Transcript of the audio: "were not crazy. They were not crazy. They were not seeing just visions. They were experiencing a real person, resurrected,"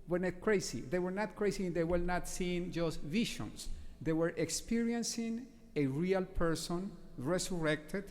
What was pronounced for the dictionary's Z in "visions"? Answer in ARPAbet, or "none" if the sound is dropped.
S